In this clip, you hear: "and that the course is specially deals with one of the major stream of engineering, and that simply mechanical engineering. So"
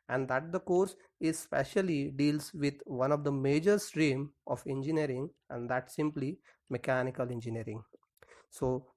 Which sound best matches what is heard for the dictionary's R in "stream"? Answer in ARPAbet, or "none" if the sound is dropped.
R